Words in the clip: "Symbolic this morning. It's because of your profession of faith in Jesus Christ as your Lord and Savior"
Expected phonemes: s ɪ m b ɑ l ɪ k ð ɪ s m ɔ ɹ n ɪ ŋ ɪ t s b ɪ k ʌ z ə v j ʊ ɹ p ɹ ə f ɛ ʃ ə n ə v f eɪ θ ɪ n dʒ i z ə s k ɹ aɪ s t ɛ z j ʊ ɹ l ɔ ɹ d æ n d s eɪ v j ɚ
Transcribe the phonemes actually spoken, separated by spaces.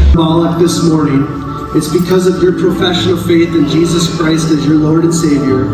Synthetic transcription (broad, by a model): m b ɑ l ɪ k ð ɪ s m ɔ ɹ n ɪ ŋ ɪ t s b ɪ k ʌ z ə v j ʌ ɹ p ɹ ə f ɛ ʃ ə n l f eɪ θ ɪ n dʒ i z ə s k ɹ aɪ s t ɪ z j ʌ ɹ l ɔ ɹ d n s eɪ v j ɚ